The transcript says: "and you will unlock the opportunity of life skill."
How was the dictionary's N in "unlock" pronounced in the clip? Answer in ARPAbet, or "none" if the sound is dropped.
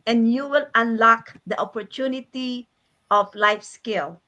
N